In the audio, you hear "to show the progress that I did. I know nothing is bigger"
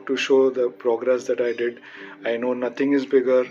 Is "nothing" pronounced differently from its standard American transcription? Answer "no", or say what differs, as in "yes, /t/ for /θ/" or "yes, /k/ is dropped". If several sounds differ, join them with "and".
yes, /t/ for /θ/